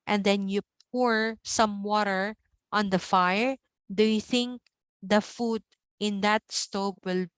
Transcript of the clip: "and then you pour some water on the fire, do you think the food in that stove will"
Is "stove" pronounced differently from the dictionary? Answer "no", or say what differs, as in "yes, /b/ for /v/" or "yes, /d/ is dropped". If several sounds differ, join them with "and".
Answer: yes, /p/ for /v/